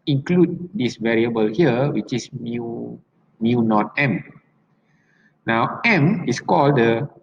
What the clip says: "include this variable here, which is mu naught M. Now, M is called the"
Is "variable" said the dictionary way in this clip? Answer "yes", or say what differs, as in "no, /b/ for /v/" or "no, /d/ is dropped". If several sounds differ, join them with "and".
yes